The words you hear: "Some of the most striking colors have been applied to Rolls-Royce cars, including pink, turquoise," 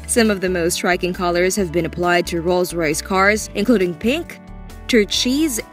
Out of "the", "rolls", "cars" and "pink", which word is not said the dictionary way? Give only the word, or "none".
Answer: none